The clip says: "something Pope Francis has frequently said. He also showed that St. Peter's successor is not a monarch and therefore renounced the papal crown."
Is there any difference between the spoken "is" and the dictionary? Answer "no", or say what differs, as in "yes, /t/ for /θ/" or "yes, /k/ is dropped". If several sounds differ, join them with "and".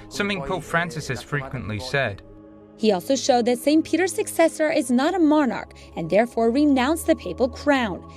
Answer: no